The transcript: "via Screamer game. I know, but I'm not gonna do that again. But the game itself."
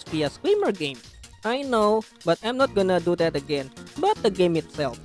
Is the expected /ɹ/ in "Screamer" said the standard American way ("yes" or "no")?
no